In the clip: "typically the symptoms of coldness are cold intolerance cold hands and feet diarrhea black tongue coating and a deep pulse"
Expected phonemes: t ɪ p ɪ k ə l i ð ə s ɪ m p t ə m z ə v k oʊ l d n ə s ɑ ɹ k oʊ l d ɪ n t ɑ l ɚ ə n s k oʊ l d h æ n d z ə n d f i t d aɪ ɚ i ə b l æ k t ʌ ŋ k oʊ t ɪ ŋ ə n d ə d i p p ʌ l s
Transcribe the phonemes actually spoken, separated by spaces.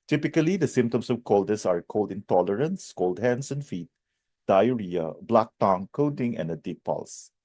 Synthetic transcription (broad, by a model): t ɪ p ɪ k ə l i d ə s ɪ m p t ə m s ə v k oʊ l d ə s ɑ ɹ k oʊ l d ɪ n t ɑ l ɚ ə n s k oʊ l d h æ n d s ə n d f i t d aɪ ɚ i ə b l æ k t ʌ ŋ k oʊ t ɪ ŋ ə n d ə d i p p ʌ l s